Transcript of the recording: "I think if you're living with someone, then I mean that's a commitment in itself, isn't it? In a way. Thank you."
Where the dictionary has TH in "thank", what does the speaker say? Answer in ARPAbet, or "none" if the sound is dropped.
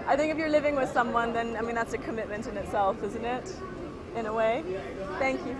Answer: TH